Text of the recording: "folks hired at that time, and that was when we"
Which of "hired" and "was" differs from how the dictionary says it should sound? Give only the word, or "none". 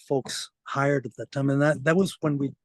none